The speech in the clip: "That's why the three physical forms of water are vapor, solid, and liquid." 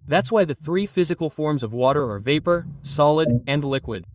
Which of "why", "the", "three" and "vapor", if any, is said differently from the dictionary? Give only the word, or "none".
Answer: none